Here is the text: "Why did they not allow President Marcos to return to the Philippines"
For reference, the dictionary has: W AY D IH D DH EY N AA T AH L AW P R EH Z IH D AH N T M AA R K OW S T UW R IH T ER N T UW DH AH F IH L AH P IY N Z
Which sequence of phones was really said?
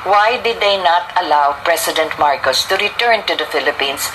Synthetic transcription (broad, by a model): W AY D IH D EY N AA T AH L AW P R EH S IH D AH N T M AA R K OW S T UW R IH T ER N T UW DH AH F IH L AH P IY N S